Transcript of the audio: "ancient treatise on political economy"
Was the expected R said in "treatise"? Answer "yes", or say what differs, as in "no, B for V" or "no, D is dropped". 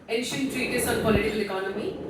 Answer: yes